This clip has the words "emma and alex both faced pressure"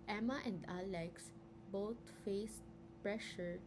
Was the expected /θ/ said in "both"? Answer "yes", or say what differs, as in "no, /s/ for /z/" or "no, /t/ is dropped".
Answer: no, /t/ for /θ/